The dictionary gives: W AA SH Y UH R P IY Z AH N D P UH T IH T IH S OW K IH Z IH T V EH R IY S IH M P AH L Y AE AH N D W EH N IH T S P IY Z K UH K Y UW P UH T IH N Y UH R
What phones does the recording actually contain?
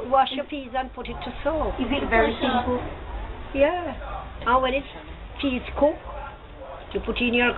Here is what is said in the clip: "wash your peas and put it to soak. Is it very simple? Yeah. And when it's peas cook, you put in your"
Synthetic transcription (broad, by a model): W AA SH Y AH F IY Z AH N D P UH T IH T IH S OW IH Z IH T V EH R IY S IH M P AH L Y AE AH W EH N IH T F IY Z K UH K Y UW P UH T IH N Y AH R